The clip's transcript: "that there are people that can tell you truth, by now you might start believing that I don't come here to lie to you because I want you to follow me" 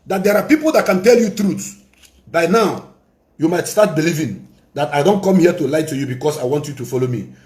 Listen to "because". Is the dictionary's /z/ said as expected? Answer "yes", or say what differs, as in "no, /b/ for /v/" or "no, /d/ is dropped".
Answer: no, /s/ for /z/